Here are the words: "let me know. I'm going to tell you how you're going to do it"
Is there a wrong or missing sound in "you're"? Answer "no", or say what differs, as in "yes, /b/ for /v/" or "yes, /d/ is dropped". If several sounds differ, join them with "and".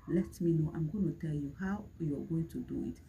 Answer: yes, /w/ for /ɹ/